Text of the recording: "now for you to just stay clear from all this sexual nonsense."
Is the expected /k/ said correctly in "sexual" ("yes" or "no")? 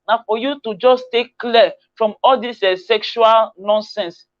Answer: yes